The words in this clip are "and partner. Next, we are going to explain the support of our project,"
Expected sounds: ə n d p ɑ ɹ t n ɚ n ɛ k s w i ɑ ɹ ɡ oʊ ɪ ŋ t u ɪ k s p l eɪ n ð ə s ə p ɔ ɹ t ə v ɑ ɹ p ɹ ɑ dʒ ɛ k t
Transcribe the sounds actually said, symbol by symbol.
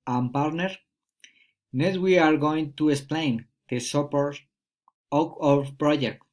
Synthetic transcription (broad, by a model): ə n p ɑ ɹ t n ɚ n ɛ s w i ɑ ɹ ɡ oʊ ɪ ŋ t u ɪ k s p l eɪ n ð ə s ə p ɔ ɹ t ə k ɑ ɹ p ɹ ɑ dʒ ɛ k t